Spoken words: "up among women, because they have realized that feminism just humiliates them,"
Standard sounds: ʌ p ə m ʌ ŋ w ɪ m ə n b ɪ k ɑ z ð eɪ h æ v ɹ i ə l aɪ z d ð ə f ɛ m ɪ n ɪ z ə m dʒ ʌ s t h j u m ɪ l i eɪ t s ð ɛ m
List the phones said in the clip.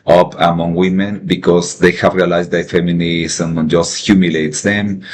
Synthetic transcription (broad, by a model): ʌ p ə m ʌ ŋ w ɪ m ə n b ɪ k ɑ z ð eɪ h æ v ɹ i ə l aɪ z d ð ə f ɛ m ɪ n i s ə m dʒ ʌ s t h j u m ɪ l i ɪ t s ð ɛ m